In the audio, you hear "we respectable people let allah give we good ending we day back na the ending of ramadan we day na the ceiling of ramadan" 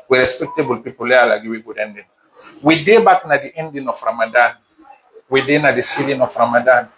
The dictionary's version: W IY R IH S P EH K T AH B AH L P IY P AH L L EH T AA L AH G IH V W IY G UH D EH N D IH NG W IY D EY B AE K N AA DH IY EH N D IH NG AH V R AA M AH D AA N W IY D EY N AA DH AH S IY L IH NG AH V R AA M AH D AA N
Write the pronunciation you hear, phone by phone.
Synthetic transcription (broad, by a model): W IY R IH S P EH K T AH B AH L P IY P AH L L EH AA L AH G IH W IY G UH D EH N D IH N W IY D EY B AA K N AA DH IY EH N D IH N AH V R AA M AH D AA N W IY D EY N AA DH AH S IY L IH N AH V R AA M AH D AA N